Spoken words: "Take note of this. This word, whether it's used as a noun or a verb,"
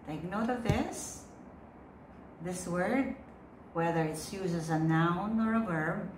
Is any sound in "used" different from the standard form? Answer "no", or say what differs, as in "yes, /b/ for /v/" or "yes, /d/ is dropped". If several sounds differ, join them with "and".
yes, /d/ is dropped